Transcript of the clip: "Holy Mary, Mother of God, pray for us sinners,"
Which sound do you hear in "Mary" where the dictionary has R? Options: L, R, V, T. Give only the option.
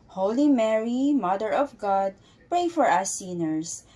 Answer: R